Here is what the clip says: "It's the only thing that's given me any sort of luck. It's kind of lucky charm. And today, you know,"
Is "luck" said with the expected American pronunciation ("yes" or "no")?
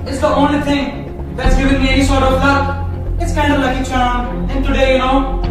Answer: no